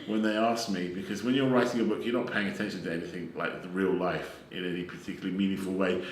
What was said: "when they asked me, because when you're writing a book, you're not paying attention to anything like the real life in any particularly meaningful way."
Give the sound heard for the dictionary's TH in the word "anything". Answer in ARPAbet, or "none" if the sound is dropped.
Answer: TH